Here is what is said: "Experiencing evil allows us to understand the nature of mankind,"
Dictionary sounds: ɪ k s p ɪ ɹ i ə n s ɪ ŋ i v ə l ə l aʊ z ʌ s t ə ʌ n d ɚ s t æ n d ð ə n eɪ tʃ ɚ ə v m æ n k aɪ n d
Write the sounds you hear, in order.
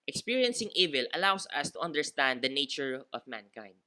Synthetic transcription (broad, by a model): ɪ k s p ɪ ɹ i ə n s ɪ ŋ i v ə l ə l aʊ s ʌ s t ə ʌ n d ɚ s t æ n d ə n eɪ tʃ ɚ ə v m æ n k aɪ n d